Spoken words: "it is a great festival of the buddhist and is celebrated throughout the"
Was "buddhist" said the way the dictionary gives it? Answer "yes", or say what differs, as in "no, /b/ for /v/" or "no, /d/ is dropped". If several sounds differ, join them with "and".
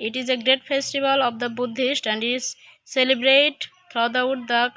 yes